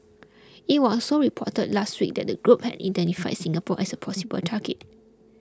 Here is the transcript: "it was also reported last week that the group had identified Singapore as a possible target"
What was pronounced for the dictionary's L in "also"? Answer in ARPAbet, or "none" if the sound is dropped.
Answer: none